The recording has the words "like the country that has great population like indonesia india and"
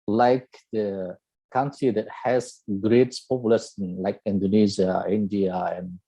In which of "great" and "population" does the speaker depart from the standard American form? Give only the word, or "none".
population